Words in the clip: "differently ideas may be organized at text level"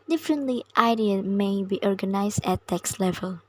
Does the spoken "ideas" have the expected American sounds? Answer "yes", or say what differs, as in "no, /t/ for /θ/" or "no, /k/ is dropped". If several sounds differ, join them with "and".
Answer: no, /z/ is dropped